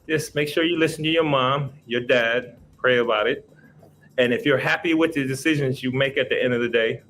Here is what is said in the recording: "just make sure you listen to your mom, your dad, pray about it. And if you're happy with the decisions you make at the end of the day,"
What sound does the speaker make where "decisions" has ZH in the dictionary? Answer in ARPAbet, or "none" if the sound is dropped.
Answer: ZH